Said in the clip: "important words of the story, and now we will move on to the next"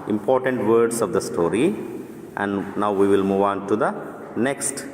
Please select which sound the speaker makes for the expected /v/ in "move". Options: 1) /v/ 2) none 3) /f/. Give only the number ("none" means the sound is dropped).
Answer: 1